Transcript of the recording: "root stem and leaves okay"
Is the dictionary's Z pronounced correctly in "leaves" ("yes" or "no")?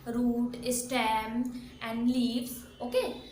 no